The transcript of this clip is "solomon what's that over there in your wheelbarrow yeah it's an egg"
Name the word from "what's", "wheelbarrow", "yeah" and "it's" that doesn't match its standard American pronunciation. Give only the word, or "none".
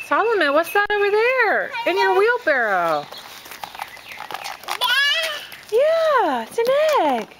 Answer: none